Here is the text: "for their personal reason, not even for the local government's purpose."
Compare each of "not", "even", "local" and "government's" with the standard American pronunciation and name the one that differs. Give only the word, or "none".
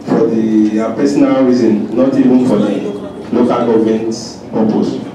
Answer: government's